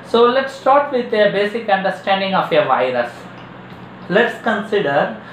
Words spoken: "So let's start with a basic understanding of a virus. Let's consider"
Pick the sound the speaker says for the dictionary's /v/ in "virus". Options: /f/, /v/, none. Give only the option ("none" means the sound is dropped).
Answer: /v/